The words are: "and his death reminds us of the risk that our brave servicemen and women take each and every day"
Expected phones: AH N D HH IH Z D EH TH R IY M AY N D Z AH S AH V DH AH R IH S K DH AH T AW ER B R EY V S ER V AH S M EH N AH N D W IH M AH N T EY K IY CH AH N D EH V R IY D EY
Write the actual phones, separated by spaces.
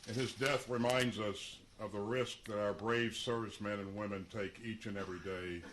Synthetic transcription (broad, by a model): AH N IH Z D EH TH R IY M AY N D Z AH S AH V DH AH R IH S K DH AH T AW ER B R EY V S ER V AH S M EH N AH N W IH M AH N T EY K IY CH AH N EH V R IY D EY